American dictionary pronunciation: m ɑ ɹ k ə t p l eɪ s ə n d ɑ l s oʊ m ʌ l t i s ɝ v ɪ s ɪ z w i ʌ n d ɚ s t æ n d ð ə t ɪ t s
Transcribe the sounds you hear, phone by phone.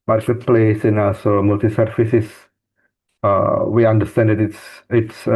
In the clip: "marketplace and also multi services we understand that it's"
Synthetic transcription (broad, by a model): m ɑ ɹ k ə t p l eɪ s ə n ɑ l s oʊ m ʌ l t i s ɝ f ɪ s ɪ s w i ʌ n d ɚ s t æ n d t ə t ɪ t s